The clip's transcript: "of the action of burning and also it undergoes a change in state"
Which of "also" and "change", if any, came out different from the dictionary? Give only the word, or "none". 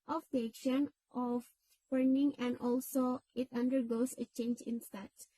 none